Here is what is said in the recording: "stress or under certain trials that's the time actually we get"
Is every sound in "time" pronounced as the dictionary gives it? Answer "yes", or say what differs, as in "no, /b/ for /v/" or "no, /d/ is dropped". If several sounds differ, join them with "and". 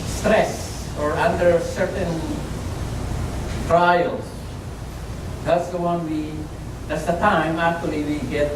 yes